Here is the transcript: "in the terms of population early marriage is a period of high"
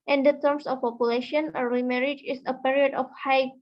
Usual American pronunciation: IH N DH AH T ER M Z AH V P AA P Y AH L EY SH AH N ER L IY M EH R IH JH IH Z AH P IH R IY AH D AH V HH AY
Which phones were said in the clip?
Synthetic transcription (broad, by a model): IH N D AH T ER M S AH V P AA P Y AH L EY SH AH N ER IY M EH R IH JH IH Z AH P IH R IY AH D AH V HH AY